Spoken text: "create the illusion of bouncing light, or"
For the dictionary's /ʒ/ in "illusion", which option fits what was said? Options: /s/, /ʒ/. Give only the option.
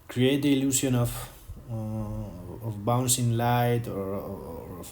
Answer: /s/